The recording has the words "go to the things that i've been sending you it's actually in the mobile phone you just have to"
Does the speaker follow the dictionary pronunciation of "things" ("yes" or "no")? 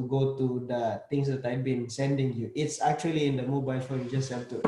no